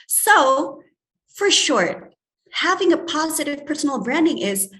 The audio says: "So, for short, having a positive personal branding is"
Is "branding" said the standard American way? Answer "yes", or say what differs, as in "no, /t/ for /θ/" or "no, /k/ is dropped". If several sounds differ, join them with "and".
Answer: yes